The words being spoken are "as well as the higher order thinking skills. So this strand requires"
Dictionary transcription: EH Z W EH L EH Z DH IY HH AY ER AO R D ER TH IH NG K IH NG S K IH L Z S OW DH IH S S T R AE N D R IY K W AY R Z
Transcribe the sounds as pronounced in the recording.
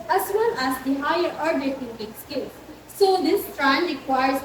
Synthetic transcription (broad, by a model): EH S W EH L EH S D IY HH AY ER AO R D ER T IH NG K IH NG S K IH L S OW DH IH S S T R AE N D R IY K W AY R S